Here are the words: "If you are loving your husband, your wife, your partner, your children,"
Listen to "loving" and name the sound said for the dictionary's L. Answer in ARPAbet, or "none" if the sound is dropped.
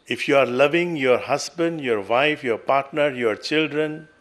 L